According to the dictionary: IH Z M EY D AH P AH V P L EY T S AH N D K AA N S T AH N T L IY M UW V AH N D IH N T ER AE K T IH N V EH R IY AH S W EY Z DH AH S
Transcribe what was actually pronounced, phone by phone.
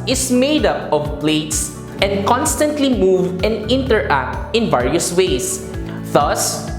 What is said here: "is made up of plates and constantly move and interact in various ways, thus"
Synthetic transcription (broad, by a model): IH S M EY D AH P AH V P L EY T S AH N D K AA N S T AH N T L IY M UW V AH N D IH N T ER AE K T IH N V EH R IY AH S W EY S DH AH S